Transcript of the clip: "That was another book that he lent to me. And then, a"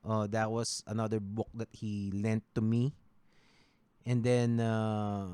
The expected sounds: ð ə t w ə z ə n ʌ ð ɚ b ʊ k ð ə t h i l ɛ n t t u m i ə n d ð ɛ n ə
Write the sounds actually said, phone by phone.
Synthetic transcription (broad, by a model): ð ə t w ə s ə n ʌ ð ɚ b ʊ k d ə t h i l ɛ n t t u m i ə n d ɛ n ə